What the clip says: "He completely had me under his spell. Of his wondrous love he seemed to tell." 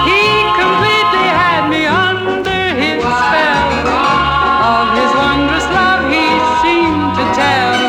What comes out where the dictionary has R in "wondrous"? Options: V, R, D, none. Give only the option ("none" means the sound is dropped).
R